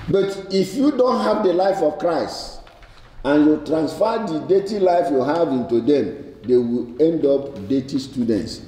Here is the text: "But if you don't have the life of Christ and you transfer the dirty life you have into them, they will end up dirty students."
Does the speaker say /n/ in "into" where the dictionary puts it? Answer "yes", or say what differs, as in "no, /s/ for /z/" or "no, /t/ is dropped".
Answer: yes